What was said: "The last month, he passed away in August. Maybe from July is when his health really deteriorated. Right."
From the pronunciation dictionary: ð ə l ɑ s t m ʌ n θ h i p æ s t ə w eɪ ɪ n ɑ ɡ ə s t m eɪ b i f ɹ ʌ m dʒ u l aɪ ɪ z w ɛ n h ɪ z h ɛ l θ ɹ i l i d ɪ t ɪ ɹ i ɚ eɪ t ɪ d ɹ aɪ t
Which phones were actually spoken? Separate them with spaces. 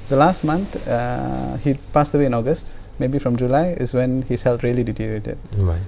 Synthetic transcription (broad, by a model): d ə l ɑ s t m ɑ n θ h i p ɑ s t ə w eɪ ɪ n ɑ ɡ ə s t m eɪ b i f ɹ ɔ m dʒ u l aɪ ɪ s w ɛ n h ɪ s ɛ l t ɹ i l i d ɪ t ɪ ɹ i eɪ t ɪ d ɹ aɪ